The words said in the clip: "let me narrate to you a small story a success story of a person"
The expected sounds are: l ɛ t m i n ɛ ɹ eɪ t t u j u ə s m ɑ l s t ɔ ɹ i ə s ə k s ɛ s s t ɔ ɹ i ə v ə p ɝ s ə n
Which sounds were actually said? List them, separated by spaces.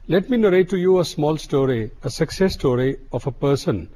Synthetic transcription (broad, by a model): l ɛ t m i n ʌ ɹ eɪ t t u j u ə s m ɑ l s t ɔ ɹ i ə s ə k s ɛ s s t ɔ ɹ i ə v ə p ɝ s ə n